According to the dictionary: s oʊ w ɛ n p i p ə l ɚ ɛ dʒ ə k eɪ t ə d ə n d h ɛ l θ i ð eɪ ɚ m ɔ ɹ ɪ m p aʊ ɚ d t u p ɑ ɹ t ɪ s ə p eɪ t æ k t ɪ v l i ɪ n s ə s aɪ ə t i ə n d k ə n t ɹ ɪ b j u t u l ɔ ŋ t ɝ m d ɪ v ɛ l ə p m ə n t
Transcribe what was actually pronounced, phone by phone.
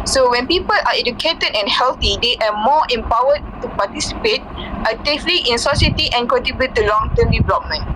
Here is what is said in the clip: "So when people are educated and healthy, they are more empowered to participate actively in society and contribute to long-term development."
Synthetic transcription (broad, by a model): s oʊ w ɛ n p i p ə l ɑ ɛ dʒ ə k eɪ t ə d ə n h ɛ l t i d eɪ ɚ m ɔ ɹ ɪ m p aʊ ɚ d t u p ɑ t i s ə p eɪ t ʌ t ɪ f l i ɪ n s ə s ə t i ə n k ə t ɪ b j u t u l ɔ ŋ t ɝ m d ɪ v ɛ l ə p m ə n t